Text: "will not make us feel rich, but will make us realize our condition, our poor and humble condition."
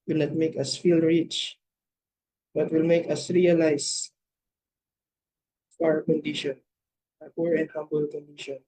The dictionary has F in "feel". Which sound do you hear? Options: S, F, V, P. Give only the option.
F